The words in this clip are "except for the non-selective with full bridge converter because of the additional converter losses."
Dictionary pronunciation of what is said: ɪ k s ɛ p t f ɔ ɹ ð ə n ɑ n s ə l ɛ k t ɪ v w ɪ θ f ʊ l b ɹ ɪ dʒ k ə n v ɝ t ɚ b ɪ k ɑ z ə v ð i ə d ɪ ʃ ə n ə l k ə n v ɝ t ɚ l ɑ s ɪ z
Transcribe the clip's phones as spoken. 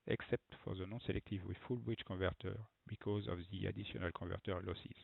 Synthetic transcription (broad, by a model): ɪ k s ɛ p t f ɔ ɹ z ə n ɑ s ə l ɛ k t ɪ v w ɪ f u l b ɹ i tʃ k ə v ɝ t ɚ b ɪ k ɑ z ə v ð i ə d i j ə n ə l k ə v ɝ t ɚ l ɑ s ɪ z